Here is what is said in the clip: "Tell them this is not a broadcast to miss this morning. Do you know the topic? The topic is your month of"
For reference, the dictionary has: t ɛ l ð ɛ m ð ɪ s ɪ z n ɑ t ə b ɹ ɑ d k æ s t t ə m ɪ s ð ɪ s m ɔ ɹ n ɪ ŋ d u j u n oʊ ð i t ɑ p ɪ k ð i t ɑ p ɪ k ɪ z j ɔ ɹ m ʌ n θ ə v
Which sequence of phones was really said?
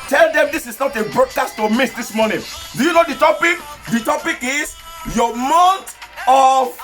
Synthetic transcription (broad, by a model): t ɛ l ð ɛ m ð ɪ s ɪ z n ɑ t ə b ɹ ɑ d k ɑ s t t ə m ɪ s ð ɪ s m ɔ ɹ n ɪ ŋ d u j u n oʊ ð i t ɑ p ɪ k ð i t ɑ p ɪ k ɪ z j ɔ m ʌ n t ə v